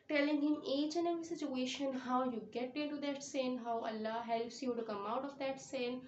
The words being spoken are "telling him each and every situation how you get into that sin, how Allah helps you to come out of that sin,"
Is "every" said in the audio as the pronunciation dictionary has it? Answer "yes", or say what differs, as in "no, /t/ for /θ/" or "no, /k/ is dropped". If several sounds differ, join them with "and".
no, /ɹ/ is dropped